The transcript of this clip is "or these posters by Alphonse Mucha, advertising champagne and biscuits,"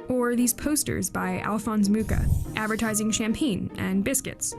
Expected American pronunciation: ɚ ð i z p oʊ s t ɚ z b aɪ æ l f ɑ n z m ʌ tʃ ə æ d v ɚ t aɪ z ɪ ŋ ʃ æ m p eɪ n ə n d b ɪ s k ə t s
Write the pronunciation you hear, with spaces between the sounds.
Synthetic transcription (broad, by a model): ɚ ð i z p oʊ s t ɚ z b aɪ æ l f ɑ n z m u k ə æ d v ɚ t aɪ z ɪ ŋ ʃ æ m p eɪ n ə n b ɪ s k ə t s